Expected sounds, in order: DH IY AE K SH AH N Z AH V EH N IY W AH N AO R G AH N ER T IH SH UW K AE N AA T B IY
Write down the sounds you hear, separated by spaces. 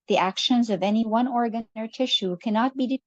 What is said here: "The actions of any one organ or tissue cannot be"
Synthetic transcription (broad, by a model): DH IY AE K SH AH N Z AH V EH N IY W AH N AO R G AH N ER T IH SH UW K AE N AA T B IY